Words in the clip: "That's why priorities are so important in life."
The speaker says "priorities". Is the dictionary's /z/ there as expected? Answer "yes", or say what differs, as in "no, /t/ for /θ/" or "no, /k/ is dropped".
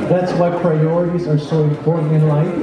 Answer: yes